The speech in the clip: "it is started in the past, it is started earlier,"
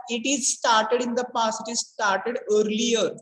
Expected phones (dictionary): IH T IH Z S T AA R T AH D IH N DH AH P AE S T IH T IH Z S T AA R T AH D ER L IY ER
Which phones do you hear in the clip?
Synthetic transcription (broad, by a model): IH T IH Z S T AA R T AH D IH N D AH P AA S IH T IH Z S T AA R T AH D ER L IY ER